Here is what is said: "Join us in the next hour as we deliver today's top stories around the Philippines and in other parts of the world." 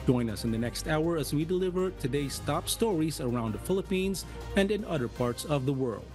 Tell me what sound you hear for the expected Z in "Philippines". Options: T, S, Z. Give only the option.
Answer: Z